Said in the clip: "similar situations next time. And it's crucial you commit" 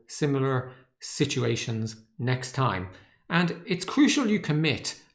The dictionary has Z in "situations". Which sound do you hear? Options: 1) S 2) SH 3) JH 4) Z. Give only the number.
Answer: 4